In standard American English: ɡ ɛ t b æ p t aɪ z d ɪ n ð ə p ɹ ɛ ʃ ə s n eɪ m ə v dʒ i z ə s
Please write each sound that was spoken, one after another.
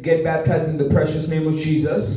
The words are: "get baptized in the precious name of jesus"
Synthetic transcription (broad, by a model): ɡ ɛ t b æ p t aɪ z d ɪ n ð ə p ɹ ɛ ʃ ə s n eɪ m ə v dʒ i z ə s